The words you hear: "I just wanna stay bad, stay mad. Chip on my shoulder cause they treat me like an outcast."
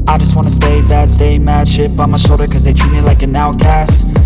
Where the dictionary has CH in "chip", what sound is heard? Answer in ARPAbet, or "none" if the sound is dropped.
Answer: SH